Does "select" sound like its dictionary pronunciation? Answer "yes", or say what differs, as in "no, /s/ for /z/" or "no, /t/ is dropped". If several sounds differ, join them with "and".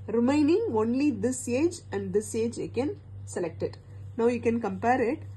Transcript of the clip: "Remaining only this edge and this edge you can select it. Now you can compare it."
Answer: yes